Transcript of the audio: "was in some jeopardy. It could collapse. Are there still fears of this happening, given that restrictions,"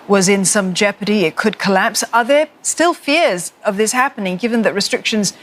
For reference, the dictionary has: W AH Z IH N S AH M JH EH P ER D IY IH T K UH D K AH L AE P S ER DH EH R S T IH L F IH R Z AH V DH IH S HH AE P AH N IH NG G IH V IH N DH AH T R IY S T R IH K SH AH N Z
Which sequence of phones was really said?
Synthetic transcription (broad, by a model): W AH Z IH N S AH M JH EH P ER D IY IH T K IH D K AH L AE P S ER DH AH R S T IH L F IH R Z AH V DH IH S HH AE P AH N IH NG G IH V IH N DH AH T R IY S T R IH K SH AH N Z